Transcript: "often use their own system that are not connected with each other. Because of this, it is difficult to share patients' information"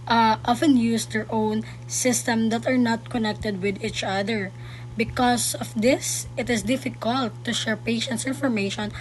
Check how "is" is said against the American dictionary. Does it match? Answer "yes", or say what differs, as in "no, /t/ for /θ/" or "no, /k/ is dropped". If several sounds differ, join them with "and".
no, /s/ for /z/